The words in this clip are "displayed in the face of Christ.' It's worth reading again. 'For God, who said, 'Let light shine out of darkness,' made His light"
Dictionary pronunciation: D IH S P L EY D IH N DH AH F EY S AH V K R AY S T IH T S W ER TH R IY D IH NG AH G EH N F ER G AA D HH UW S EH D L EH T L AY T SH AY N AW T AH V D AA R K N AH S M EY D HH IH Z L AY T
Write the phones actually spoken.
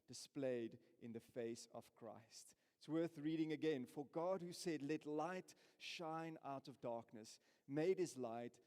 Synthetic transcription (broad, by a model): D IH S P L EY D IH N DH AH F EY S AH V K R AY S T IH T S W ER TH R IY D IH NG AH G EH N F ER G AA D HH UW S EH D L EH T L AY T SH AY N AW T AH V D AA R K N AH S M EY D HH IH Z L AY T